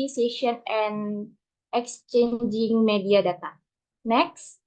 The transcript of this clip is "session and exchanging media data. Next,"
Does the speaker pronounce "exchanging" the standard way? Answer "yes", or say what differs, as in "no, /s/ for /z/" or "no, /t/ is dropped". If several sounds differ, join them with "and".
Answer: yes